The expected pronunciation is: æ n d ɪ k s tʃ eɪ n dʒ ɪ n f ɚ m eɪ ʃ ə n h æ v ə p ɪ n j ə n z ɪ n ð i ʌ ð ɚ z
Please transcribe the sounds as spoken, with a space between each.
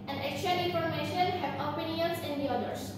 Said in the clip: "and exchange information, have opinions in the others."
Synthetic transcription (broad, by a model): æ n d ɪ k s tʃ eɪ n ɪ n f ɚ m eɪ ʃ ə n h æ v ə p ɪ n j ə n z ɪ n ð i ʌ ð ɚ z